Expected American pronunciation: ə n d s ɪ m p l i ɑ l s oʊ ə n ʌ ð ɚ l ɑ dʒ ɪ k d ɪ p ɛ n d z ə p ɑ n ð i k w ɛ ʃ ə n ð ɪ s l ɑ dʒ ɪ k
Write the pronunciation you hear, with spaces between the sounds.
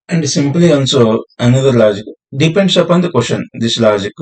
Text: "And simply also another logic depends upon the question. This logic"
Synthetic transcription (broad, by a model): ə n d s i m p l i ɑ n s oʊ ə n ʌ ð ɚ l ɑ dʒ ɪ k d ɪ p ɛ n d s ə p ɑ n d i k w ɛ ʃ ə n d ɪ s l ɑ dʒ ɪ k